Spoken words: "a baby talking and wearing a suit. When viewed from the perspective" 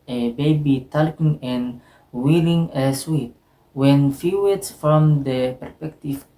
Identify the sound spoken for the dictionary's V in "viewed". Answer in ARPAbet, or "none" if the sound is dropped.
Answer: F